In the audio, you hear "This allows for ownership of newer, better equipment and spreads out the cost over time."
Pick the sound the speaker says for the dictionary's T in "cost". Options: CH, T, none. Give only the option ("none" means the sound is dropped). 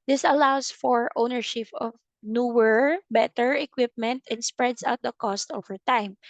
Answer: T